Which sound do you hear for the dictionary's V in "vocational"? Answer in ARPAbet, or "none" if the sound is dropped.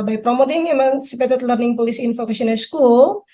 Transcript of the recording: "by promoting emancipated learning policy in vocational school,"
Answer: F